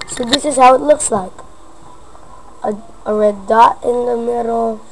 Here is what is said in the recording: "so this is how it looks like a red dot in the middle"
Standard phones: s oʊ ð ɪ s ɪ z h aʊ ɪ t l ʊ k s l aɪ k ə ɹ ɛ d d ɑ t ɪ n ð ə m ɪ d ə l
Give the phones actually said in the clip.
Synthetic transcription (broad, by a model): s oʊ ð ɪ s ɪ z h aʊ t l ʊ k s l aɪ k ə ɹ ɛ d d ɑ ɪ n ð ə m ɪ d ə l